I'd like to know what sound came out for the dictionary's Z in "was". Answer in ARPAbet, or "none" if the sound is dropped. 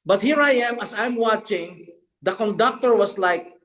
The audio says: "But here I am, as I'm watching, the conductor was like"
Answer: S